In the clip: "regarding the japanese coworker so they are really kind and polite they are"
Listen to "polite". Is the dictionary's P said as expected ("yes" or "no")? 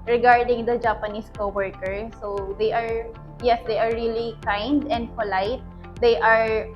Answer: no